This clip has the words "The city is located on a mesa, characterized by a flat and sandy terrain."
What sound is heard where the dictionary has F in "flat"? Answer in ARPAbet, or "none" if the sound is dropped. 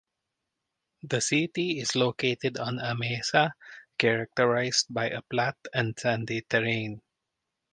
P